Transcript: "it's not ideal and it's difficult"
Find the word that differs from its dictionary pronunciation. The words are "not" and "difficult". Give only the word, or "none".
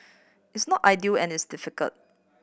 none